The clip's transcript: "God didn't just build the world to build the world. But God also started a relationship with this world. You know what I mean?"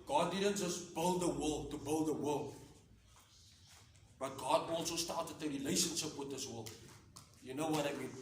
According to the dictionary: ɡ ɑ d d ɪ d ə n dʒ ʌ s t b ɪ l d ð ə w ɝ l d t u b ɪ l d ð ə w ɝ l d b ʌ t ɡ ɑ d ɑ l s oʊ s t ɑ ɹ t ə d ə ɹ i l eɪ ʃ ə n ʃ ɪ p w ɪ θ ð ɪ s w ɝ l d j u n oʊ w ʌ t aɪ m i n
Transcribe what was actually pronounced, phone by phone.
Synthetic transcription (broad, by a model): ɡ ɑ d d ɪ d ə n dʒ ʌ s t b ɪ l d ð ə w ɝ l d t u b ɪ l d ð ə w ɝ l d b ʌ t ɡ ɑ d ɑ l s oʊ s t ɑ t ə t ə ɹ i l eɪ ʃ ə n ʃ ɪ p w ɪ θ ð ɪ s w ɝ l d j u n oʊ w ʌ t aɪ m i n